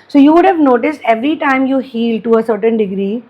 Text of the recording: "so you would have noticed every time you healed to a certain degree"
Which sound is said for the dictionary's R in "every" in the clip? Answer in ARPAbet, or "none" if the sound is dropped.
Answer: R